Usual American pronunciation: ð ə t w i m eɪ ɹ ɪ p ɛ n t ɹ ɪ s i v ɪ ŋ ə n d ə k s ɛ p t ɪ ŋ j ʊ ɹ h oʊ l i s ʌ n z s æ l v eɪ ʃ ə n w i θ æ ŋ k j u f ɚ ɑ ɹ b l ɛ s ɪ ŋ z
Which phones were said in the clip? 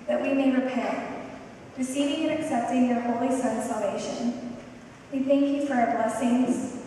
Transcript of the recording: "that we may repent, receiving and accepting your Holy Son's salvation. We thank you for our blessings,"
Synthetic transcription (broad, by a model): ð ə t w i m eɪ ɹ ɪ p ɛ n t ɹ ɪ s i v ɪ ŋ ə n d ə k s ɛ p t ɪ ŋ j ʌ ɹ h oʊ l i s ʌ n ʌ s æ l v eɪ ʃ ə n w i θ æ ŋ k j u f ɚ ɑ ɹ b l ɛ s ɪ ŋ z